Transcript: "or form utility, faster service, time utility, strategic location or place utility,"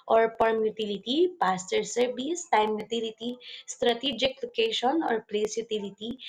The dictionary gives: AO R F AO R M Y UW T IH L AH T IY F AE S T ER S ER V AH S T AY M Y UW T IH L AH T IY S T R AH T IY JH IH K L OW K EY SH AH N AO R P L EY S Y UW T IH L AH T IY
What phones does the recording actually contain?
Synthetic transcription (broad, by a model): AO R P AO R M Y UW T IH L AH T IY P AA S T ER S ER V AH S T AY M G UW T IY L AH T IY S T R AH T IY JH IH K L OW K EY SH AH N AO R P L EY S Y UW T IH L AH T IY